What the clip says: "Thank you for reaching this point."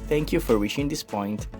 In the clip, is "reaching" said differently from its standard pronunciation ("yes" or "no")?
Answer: yes